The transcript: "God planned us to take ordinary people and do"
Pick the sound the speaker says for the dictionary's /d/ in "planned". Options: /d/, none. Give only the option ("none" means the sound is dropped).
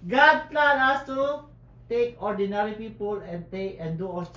none